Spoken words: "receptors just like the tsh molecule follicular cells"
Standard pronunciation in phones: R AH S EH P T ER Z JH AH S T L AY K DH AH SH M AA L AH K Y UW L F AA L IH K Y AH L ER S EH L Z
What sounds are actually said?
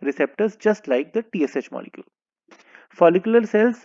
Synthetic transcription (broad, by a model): R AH S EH P T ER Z JH AH S T L AY K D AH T M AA L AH K Y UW L F AA L IH K Y AH L ER S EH L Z